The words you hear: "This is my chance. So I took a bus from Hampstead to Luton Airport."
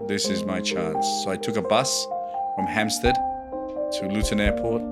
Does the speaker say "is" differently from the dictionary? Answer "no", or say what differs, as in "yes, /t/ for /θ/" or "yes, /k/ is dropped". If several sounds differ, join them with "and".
no